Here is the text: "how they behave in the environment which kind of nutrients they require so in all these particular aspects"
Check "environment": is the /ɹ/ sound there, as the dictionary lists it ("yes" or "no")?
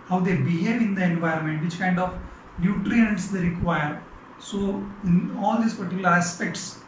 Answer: yes